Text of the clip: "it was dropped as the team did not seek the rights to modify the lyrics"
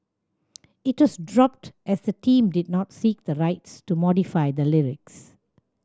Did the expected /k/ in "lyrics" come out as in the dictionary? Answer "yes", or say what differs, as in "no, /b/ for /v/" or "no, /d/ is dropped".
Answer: yes